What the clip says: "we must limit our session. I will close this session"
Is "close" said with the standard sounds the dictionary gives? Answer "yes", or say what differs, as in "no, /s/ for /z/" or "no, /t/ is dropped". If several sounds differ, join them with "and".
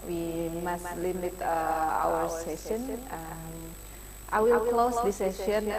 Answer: yes